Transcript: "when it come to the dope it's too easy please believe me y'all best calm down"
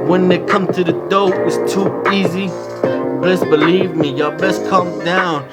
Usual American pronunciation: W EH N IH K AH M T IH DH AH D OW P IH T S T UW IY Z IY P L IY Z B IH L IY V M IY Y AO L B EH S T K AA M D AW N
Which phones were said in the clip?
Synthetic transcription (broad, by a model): W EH N IH K AH M T IH DH AH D OW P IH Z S T UW IY Z IY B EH S B IH L IY V M IY Y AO B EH S K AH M D AW N